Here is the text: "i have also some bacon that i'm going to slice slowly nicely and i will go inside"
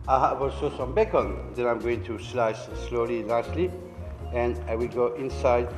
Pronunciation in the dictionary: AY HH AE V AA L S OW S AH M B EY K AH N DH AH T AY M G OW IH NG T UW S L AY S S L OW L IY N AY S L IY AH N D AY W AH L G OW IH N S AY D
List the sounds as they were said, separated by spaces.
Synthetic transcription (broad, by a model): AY HH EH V AA L S OW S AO M B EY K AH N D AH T AY M G OW IH NG T UW S L AY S S L OW L IY L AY S L IY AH N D AY W AH L G OW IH N S AY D